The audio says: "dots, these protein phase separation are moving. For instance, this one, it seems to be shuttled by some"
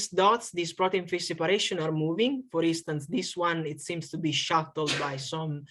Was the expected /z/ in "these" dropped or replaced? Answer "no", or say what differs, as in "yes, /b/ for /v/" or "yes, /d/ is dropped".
yes, /s/ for /z/